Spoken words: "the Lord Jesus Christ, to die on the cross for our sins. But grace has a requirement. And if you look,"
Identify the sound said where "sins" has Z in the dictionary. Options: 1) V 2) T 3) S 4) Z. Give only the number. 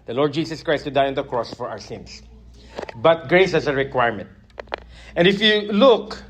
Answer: 3